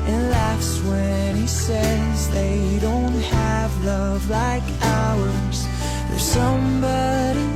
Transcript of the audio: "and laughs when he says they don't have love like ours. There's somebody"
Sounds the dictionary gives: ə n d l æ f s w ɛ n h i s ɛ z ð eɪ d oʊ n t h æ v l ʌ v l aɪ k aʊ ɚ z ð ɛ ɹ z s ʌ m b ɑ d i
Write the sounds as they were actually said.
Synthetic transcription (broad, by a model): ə n l æ f s w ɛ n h i s ɛ z ð eɪ d oʊ n t h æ v l ʌ v l aɪ k aʊ ɚ z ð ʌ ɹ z s ʌ m b ɑ d i